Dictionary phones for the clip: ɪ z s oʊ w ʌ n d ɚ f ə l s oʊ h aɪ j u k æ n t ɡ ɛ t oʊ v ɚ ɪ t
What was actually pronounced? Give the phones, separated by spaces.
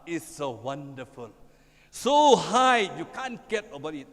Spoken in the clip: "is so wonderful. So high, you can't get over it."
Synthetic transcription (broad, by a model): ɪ s oʊ w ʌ n d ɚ f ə l s oʊ h aɪ j u k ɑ n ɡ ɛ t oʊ b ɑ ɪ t